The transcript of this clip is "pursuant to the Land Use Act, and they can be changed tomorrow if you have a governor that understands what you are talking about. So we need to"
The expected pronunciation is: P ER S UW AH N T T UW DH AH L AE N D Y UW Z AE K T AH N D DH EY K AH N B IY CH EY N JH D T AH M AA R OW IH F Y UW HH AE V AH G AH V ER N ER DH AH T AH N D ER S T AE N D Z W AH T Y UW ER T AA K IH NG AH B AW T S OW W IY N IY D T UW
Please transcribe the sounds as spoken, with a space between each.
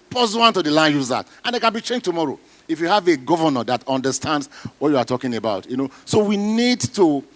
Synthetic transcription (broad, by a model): P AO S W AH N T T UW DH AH L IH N Y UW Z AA T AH N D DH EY K AH N B IY CH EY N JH T AH M AA R OW IH F Y UW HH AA V AH G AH V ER N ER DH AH T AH N D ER S T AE N D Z W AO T Y UW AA T AA K IH NG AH B AW T S OW W IY N IY D T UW